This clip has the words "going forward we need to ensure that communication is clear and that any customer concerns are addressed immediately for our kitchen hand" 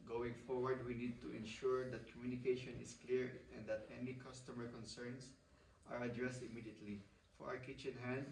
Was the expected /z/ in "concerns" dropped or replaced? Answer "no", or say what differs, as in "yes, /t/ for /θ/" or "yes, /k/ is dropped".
yes, /s/ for /z/